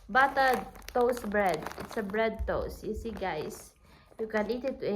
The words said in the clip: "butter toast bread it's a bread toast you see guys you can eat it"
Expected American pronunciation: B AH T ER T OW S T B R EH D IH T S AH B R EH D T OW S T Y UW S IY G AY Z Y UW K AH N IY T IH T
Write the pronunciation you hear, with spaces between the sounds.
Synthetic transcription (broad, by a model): B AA T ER T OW S B R EH D IH T S AH B R EH D T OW S Y UW S IY G AY S Y UW K AH N IY T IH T